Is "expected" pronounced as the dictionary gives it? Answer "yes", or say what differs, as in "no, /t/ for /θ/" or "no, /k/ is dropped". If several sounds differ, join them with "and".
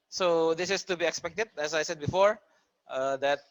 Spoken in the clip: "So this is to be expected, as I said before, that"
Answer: yes